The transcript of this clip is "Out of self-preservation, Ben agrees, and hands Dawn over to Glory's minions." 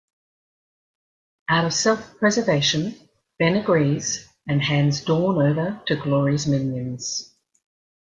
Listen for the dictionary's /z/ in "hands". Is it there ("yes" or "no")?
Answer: yes